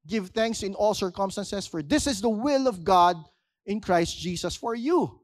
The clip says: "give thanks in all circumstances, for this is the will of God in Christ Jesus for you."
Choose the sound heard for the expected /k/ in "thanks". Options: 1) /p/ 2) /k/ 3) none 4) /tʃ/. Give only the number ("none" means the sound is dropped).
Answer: 2